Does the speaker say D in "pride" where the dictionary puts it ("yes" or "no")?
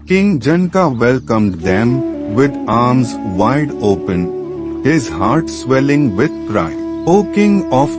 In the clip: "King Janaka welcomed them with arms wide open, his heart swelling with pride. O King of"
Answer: no